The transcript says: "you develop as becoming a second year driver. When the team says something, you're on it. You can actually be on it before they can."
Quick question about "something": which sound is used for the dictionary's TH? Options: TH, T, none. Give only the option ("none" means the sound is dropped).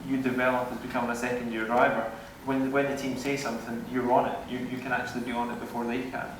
TH